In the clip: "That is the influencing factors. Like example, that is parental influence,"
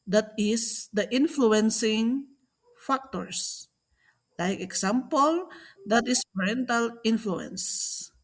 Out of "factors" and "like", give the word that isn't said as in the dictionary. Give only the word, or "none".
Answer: factors